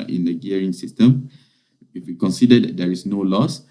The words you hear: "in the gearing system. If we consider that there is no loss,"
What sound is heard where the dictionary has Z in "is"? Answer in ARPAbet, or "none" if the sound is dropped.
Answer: S